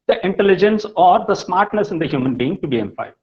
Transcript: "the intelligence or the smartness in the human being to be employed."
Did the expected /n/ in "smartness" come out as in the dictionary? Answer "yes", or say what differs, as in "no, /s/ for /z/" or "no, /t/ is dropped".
yes